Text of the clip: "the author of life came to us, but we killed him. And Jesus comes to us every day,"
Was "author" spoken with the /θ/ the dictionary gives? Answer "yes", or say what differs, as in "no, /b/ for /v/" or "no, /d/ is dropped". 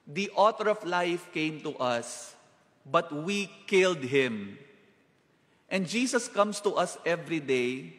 no, /t/ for /θ/